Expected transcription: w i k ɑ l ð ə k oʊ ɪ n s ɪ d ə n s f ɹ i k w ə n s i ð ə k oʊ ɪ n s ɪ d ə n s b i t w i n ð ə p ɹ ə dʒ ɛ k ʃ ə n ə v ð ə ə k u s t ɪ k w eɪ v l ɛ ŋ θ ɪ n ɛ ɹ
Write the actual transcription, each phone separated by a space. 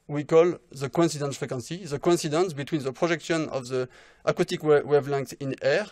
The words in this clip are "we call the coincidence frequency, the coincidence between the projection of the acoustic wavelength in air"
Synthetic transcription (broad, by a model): w i k ɑ l ð ə k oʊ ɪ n s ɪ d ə n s f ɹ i k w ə n s i ð ə k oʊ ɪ n s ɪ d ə n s b i t w i n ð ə p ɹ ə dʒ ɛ k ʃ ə n ə v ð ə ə k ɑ t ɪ k w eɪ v l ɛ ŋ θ ɪ n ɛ ɹ